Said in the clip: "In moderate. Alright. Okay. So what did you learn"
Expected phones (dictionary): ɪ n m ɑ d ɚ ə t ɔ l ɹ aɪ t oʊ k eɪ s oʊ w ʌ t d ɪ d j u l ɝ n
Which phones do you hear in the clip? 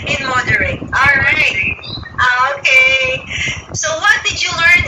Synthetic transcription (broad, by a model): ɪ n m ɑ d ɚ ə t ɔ ɹ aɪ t oʊ k eɪ s oʊ w ʌ t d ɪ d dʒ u l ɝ n